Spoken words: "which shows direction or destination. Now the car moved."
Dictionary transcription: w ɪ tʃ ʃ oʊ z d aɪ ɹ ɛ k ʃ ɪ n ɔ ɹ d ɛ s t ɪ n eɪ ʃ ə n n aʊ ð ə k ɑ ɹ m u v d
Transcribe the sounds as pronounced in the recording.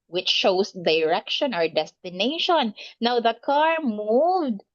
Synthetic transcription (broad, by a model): w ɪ tʃ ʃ oʊ s d aɪ ɹ ɛ k ʃ ɪ n ɔ ɹ d ɛ s t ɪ n eɪ ʃ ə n n aʊ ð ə k ɑ ɹ m u v d